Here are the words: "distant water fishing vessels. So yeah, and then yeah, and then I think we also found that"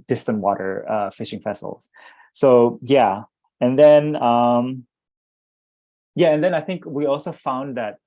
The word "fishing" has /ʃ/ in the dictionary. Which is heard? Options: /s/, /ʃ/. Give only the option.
/ʃ/